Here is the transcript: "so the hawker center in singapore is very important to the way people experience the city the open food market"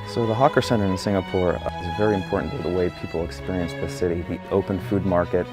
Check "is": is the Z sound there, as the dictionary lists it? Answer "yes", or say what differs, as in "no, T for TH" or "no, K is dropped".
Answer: yes